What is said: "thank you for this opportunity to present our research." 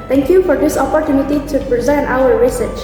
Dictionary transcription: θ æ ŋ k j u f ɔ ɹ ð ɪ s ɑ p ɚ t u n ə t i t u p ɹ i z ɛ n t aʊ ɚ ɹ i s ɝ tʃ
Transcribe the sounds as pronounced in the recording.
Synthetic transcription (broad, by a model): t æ ŋ k j u f ɔ ɹ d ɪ s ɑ p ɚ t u n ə t i t u p ɹ i z ɛ n t aʊ ɚ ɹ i s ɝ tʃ